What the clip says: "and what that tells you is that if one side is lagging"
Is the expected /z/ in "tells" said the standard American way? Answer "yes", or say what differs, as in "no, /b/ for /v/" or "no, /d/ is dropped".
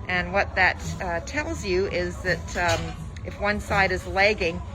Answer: yes